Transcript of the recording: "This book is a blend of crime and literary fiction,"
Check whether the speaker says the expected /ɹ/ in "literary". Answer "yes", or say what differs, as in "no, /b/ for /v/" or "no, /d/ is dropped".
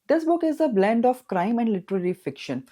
yes